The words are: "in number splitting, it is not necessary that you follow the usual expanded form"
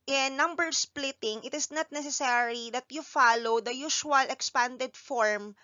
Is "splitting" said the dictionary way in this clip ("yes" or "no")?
yes